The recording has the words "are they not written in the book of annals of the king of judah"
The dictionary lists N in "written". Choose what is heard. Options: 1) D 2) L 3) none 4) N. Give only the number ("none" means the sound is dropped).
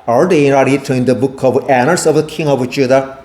3